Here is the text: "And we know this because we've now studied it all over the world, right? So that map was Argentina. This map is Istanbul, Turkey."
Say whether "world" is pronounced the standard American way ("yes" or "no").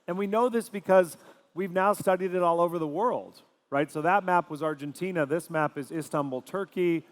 yes